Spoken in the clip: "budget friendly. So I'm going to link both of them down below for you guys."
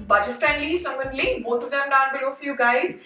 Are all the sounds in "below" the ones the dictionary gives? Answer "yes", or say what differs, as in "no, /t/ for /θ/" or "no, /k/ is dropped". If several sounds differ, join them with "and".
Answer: yes